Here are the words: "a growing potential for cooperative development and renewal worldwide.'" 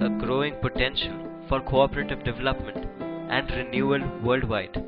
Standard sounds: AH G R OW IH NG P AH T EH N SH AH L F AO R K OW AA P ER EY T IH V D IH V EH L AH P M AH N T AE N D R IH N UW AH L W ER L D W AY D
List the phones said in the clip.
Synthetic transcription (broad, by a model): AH G R OW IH NG P AH T EH N SH AH L F AO R K OW AA P ER EY T IH V D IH V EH L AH P M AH N T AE N D R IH N UW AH L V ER L D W AY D